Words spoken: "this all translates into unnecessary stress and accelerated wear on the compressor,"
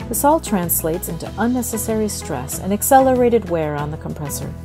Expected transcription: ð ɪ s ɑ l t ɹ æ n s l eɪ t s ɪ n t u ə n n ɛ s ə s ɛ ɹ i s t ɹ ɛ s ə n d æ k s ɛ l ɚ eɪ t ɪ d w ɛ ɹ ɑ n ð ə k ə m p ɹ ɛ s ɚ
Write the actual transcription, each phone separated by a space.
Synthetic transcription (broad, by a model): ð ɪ s ɑ l t ɹ æ n s l eɪ t s ɪ n t u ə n n ɛ s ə s ɛ ɹ i s t ɹ ɛ s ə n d æ k s ɛ l ɚ eɪ t ɪ d w ɛ ɹ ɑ n ð ə k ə m p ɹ ɛ s ɚ